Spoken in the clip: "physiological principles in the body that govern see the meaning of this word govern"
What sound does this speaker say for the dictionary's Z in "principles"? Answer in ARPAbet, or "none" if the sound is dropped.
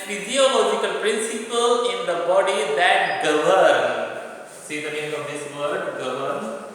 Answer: none